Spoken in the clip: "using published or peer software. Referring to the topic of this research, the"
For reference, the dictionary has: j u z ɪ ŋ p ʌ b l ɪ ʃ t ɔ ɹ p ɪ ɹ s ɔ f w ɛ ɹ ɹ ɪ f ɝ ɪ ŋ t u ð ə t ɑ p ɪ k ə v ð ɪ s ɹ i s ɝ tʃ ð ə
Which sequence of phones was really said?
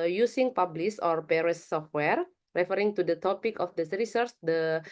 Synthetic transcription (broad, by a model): j u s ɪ ŋ p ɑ b l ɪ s ɔ ɹ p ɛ ɹ s ɔ f w ɛ ɹ ɹ ɪ f ɝ ɪ ŋ t u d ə t ɑ p ɪ k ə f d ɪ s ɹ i s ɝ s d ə